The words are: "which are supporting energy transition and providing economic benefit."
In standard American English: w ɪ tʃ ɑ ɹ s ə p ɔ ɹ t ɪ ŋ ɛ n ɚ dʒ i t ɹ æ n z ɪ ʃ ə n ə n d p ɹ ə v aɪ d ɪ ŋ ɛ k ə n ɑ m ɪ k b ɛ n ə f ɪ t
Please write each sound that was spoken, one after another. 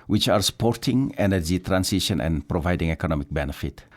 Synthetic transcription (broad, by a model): w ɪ tʃ ɑ ɹ s ə p ɔ ɹ t ɪ ŋ ɛ n ɚ dʒ i t ɹ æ n s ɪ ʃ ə n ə n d p ɹ ə v aɪ d ɪ ŋ ɛ k ə n ɑ m ɪ k b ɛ n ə f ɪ t